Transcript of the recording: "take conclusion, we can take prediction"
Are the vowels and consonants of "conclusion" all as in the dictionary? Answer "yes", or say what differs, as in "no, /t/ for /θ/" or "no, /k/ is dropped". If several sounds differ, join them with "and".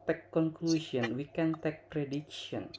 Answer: no, /s/ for /ʒ/